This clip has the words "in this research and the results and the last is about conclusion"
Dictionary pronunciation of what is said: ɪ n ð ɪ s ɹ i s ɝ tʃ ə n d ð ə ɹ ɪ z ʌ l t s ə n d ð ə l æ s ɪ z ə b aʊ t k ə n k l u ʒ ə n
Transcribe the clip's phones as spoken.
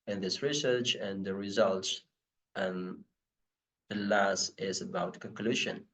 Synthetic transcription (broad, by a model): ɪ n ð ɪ s ɹ i s ɝ tʃ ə n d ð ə ɹ ɪ z ʌ l t s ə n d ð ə l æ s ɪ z ə b aʊ t k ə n k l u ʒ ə n